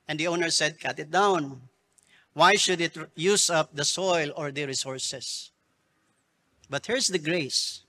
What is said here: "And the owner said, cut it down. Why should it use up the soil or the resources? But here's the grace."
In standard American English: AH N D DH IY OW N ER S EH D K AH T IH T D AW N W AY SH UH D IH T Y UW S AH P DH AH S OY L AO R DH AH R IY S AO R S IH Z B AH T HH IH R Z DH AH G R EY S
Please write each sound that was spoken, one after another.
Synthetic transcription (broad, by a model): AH N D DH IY OW N ER S EH D K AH T IH T D AW N W AY SH UH D IH T Y UW S AH P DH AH S OY L AO R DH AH R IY S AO R S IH S B AH T HH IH R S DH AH G R EY S